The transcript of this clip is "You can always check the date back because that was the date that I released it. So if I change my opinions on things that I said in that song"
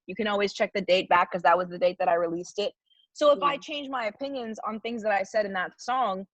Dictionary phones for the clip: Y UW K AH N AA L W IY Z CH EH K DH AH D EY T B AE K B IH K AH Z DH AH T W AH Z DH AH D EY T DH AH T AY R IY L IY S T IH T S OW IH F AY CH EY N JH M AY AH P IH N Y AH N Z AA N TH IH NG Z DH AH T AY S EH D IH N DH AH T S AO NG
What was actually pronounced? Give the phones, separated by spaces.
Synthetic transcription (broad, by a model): Y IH K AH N AA L W IY Z CH EH K DH AH D EY T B AE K K AH Z DH AH T W AH Z DH AH D EY T DH AH T AY R IY L IY S T IH T S OW IH F AY CH EY N JH M AY AH P IH N Y AH N Z N TH IH NG Z DH AH T AY S EH D IH N DH AH T S AO NG